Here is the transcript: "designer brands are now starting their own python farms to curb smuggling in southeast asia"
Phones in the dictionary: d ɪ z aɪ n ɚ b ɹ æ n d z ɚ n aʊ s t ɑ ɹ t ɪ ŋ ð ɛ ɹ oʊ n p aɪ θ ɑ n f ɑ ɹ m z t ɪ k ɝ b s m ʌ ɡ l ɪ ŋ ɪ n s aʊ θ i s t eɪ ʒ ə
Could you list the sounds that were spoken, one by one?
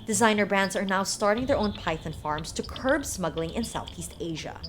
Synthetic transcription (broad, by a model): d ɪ z aɪ n ɚ b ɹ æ n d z ɚ n aʊ s t ɑ ɹ t ɪ ŋ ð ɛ ɹ oʊ n p aɪ θ ɑ n f ɑ ɹ m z t ɪ k ɝ b s m ʌ ɡ l ɪ ŋ ɪ n s aʊ θ i s t eɪ ʒ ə